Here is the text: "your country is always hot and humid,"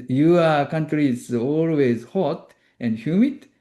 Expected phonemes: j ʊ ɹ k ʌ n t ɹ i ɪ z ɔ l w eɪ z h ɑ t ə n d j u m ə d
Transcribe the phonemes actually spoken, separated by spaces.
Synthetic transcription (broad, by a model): j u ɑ k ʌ n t ɹ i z ɔ l w eɪ z h ɑ t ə n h j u m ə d